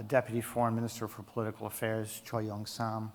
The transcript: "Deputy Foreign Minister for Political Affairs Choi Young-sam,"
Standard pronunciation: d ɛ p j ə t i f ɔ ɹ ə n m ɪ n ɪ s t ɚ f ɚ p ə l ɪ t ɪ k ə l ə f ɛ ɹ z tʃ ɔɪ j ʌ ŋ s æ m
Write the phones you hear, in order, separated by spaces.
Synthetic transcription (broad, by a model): d ɛ p j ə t i f ɔ ɹ ə n m ɪ n ɪ s t ɚ f ɚ p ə l ɪ t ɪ k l ə f ɛ ɹ z tʃ ɔɪ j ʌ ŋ s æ m